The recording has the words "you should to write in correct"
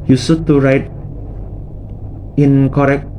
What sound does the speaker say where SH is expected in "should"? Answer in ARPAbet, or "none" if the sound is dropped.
S